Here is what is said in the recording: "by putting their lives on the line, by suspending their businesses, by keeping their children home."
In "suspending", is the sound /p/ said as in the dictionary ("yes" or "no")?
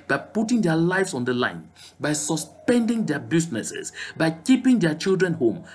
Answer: yes